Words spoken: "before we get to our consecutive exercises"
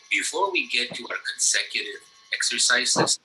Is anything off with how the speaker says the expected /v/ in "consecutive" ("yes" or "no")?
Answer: no